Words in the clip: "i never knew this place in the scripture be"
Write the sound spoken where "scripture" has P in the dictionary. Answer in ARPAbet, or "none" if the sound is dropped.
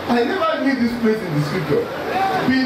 none